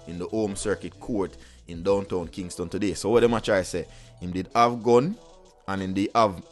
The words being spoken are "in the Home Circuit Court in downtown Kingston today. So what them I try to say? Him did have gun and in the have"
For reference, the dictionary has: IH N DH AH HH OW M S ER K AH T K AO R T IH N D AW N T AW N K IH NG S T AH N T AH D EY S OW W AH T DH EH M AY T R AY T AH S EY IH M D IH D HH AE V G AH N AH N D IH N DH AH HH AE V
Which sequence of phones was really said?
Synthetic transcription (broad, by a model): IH N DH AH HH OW M S ER K AH T K AO R T IH N D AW N T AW N K IH NG S T AH N T AH D EY S OW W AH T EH M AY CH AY S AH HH IH M D IH D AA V G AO N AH N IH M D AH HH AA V